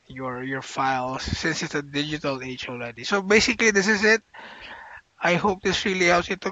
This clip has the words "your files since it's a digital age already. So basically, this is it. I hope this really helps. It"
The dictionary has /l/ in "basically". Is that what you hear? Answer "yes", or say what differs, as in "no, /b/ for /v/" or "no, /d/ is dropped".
yes